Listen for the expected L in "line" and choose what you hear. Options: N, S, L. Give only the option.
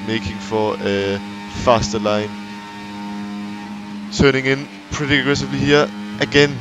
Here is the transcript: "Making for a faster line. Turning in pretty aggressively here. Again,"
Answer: L